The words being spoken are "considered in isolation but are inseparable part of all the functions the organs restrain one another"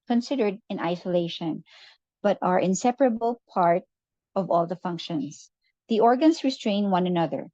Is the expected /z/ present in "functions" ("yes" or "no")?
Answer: no